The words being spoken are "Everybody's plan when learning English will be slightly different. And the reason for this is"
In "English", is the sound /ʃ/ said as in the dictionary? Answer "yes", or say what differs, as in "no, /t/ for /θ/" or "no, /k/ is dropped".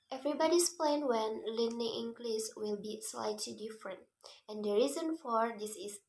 no, /s/ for /ʃ/